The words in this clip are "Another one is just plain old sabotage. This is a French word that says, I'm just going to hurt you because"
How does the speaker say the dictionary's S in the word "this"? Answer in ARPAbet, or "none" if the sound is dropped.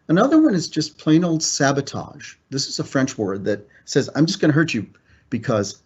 S